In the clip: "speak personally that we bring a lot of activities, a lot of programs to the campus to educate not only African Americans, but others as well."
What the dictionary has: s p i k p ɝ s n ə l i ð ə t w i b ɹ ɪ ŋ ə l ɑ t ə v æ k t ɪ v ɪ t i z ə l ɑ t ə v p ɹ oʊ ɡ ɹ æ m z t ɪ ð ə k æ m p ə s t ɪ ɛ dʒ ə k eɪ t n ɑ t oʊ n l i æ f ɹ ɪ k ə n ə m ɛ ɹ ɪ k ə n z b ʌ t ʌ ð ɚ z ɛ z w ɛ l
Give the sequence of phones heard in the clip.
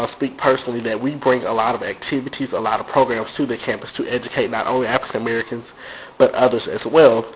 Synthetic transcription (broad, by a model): s p i k p ɝ s n l i ð ə t w i b ɹ ɪ ŋ ə l ɑ t ə v æ k t ɪ v ɪ t i z ə l ɑ t ə v p ɹ oʊ ɡ ɹ æ m z t ɪ ð ə k æ m p ə s t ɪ ɛ dʒ ə k eɪ t n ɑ t oʊ n l i æ f ɹ ɪ k ə n ə m ɛ ɹ ɪ k ə n z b ʌ t ʌ ð ɚ z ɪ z w ɛ l